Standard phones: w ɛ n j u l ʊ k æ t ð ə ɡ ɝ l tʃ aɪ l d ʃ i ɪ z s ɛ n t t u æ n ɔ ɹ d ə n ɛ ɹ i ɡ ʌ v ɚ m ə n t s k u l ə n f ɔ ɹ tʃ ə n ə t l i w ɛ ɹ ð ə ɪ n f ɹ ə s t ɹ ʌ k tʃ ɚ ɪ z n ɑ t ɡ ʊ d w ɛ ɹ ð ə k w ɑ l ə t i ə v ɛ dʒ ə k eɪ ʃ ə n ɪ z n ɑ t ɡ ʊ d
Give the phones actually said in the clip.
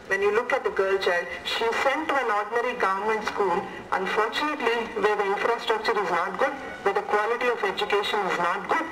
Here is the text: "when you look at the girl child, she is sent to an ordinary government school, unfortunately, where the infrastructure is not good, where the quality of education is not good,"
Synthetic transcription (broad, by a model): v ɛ n j u l ʊ k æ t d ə ɡ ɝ l tʃ aɪ l d ʃ i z s ɛ n t t u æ n ɔ ɹ d n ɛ ɹ i ɡ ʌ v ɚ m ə n t s k u l ə n f ɔ ɹ tʃ ə n ə t l i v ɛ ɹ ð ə ɪ n f ɹ ə s t ɹ ʌ k tʃ ɚ ɪ z n ɑ t ɡ ʊ d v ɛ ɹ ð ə k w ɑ l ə t i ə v ɛ dʒ ə k eɪ ʃ ə n ɪ z n ɑ t ɡ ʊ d